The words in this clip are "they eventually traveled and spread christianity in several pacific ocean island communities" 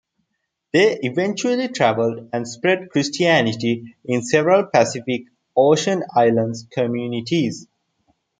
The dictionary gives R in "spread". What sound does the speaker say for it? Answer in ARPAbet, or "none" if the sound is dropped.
R